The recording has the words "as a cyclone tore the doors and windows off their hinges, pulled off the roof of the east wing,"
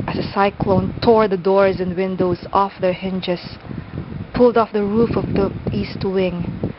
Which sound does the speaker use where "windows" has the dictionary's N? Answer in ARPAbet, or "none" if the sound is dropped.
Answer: N